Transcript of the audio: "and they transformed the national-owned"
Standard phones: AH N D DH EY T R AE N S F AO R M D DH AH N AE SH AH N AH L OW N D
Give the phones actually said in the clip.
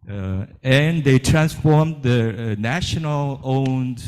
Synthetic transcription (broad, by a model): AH N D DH EY T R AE N S F AO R M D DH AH N AE SH AH N AH L OW N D